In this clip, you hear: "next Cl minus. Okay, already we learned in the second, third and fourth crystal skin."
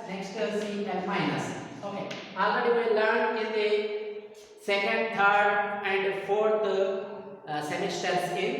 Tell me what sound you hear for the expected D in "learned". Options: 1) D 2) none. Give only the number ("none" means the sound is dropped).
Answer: 2